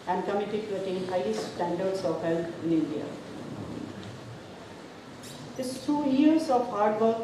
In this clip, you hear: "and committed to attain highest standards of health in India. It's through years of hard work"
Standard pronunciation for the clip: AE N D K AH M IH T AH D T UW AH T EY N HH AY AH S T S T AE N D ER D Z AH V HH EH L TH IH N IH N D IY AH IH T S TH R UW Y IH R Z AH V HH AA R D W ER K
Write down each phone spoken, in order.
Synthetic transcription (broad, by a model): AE N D K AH M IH T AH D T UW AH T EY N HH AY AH T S T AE N D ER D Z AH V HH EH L T IH N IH N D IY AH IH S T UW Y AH R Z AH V HH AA R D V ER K